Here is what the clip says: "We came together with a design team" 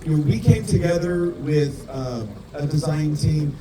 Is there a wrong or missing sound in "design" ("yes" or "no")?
no